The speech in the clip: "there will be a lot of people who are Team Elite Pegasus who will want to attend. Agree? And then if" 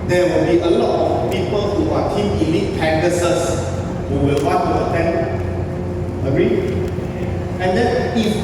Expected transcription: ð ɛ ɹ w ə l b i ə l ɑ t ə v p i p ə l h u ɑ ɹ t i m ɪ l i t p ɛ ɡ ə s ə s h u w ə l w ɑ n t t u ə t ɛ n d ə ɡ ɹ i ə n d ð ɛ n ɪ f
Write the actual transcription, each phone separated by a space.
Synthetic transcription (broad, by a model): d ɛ w ə l b i ə l ɑ t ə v p i p ə l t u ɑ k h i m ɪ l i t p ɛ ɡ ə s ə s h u w ə l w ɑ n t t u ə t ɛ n ə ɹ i ə n d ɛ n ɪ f